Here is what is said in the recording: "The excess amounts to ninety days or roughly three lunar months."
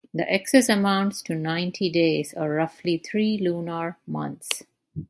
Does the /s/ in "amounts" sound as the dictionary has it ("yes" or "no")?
yes